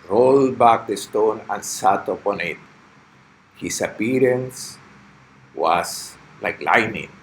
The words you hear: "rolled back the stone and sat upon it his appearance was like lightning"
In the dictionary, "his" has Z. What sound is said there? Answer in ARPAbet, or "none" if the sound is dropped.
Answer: S